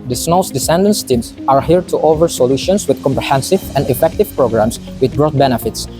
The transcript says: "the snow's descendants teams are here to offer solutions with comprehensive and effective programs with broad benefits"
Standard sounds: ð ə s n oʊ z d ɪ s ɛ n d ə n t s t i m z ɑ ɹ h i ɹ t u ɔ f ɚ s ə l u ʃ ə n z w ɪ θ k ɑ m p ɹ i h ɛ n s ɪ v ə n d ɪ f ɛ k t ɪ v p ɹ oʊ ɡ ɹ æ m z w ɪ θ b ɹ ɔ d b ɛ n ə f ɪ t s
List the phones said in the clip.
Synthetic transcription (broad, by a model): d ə s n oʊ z d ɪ s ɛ n d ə n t s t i m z ɑ ɹ h i ɹ t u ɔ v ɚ s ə l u ʃ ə n s w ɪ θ k ɑ m p ɹ i h ɛ n s ɪ v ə n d ɪ f ɛ k t ɪ v p ɹ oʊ ɡ ɹ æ m s w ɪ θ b ɹ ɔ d b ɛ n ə f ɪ t s